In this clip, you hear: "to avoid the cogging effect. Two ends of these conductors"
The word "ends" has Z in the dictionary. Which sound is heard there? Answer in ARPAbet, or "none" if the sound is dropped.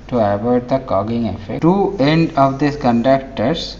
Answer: none